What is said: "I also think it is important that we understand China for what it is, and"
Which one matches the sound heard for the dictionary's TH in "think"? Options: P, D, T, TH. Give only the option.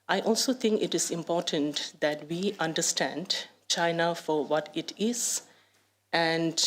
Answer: T